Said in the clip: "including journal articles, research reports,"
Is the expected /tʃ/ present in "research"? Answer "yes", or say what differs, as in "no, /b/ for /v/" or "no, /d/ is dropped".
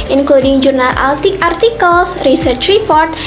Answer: yes